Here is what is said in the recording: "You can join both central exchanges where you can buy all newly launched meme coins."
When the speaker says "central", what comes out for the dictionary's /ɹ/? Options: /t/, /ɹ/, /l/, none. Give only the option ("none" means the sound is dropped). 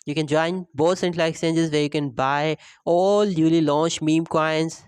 /l/